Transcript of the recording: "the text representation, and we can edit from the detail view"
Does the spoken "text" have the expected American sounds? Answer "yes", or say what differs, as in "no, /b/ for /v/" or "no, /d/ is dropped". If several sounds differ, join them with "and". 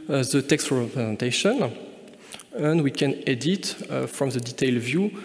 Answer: yes